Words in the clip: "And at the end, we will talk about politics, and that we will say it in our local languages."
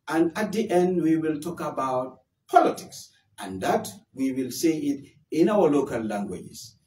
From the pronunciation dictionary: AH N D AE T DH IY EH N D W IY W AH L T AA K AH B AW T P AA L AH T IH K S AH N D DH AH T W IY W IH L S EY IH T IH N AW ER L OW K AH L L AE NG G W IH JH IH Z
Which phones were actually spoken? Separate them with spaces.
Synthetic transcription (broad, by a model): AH N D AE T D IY EH N D W IY W AH L T AA K AH B AW T P AA L AH T IH K S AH N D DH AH T W IY W IH L S EY IH T IH N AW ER L OW K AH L L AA NG G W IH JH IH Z